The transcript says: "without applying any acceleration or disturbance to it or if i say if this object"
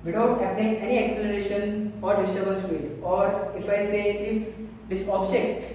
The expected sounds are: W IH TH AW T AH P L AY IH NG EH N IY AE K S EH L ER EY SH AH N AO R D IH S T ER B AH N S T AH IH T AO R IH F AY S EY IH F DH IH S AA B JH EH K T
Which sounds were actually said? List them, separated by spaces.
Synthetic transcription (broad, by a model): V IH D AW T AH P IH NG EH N IY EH K S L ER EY SH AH N AO R D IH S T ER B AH L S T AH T AO R IH F AY S EY IH F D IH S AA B JH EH K T